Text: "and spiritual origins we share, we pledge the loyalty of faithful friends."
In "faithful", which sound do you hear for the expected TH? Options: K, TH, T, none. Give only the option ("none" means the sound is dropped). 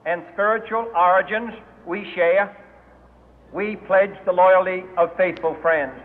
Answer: TH